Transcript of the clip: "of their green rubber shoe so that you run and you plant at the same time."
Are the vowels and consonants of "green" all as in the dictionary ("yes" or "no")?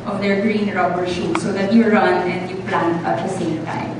yes